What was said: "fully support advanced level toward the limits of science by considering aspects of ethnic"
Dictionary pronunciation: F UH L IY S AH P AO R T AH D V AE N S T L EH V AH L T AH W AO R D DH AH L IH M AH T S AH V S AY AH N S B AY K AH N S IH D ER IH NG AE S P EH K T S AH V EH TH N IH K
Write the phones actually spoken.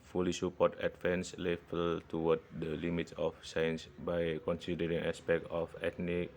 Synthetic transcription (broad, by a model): F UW L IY S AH P AO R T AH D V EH N S L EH F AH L T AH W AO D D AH L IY M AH T S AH F S AY AH N S B AY K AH N S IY D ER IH NG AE S P EH K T AH F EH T N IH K